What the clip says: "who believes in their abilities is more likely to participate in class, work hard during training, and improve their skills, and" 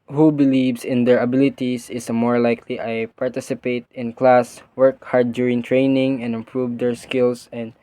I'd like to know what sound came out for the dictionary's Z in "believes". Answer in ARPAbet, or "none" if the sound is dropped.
S